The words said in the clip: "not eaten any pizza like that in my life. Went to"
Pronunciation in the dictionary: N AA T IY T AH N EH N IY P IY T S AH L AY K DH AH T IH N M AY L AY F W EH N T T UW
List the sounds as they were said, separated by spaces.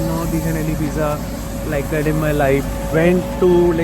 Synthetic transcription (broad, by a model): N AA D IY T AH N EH L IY B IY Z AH L AY K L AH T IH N M AY L AY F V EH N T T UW